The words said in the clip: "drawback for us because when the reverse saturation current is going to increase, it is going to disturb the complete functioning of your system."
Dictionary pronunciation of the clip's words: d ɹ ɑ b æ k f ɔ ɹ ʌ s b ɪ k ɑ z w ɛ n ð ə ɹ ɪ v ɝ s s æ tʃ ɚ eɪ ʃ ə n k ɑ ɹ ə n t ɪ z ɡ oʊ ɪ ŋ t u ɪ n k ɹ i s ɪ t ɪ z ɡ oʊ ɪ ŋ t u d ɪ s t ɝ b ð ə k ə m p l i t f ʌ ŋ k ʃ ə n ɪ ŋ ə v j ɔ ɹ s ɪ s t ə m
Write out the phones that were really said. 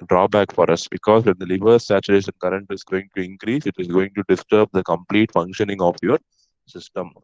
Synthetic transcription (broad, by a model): d ɹ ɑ b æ k f ɔ ɹ ʌ s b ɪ k ɑ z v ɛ n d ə l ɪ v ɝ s s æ tʃ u eɪ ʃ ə n k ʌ ɹ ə n t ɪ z ɡ oʊ ɪ ŋ t u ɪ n k ɹ i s ɪ t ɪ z ɡ oʊ ɪ ŋ t u d ɪ s t ɝ b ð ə k ə m p l i t f ʌ ŋ k ʃ ə n ɪ ŋ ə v j ɔ ɹ s ɪ s t ə m